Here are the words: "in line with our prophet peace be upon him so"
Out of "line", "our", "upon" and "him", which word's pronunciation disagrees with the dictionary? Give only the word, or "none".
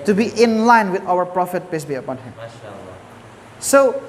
none